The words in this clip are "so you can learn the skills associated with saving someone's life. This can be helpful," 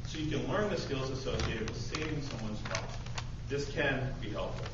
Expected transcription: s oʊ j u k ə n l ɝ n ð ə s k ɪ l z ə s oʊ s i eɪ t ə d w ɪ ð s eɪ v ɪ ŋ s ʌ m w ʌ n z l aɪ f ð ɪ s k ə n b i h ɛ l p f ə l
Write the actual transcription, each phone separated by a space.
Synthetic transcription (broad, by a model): s oʊ j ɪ k ə n l ɝ n ð ə s k ɪ l z ə s oʊ s i eɪ t ə d w ɪ ð s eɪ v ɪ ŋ s ʌ m w ʌ n z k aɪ ð ɪ s k ə n b i h ɛ l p f l